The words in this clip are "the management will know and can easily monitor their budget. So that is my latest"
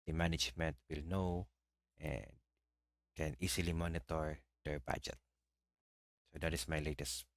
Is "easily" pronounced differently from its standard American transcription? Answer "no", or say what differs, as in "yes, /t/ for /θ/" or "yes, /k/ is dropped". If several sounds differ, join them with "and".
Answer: yes, /s/ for /z/